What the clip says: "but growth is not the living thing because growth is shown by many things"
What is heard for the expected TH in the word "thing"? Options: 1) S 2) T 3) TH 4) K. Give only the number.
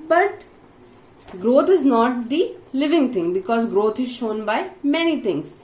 2